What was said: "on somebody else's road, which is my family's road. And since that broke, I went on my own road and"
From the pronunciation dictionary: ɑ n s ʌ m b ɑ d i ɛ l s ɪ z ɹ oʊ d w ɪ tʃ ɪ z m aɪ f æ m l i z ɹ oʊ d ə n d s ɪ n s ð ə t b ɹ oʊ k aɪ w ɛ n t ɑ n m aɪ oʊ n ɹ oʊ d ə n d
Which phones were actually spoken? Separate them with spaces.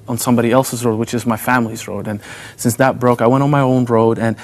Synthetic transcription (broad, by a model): n s ʌ m b ɑ d i ɛ l s ɪ z ɹ oʊ d w ɪ tʃ ɪ z m aɪ f æ m l i z ɹ oʊ d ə n s ɪ n s ð ə t b ɹ oʊ k aɪ w ɛ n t n m aɪ oʊ n ɹ oʊ d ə n